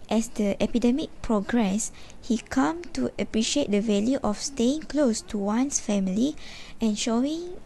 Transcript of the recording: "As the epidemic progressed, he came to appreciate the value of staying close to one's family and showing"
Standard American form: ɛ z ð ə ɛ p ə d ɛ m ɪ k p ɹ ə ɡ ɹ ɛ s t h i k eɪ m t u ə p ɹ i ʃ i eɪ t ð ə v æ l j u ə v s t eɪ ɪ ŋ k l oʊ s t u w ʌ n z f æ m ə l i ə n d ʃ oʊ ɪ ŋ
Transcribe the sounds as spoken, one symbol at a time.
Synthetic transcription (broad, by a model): ɛ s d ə ɛ p ə d ɛ m ɪ k p ɹ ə ɡ ɹ ɛ s h i k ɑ m t u ə p ɹ i ʃ i eɪ t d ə v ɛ l j u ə f s t eɪ ɪ ŋ k l oʊ s t u w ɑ n s f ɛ m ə l i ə n ʃ oʊ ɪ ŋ